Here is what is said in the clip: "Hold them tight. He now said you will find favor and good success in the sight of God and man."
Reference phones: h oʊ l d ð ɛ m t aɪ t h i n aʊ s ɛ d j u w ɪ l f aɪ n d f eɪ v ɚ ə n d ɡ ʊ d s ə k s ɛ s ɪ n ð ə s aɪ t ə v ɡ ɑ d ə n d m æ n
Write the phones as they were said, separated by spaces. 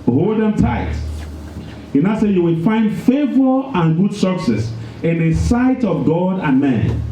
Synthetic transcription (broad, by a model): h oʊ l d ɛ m t aɪ t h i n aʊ s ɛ j u w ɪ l f aɪ n d f eɪ v ɚ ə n ɡ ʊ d s ə k s ɛ s ɪ n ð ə s aɪ t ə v ɡ ɑ d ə n m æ n